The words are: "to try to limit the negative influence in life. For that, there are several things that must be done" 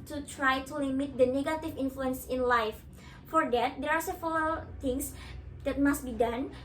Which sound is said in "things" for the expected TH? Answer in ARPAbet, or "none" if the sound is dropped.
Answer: T